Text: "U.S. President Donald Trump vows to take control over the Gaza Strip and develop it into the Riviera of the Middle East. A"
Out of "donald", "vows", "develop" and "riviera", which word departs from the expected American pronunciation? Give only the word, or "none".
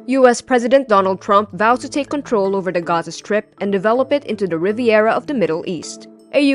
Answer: vows